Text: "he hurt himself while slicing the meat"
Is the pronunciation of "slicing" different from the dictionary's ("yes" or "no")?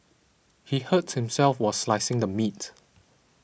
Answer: no